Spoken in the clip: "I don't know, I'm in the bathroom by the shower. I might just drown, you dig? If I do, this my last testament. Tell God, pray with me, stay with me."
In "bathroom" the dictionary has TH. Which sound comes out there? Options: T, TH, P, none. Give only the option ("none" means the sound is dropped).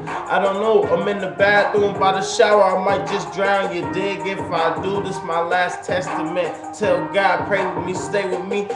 T